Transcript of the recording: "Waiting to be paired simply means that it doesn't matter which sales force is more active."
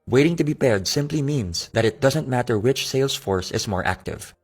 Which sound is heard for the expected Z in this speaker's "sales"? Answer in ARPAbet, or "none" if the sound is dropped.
S